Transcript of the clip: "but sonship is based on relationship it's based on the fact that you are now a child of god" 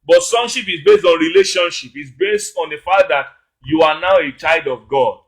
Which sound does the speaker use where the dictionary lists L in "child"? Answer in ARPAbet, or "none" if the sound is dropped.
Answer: none